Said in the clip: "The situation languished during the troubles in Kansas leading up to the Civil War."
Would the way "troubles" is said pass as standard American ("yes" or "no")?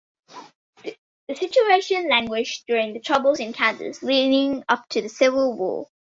yes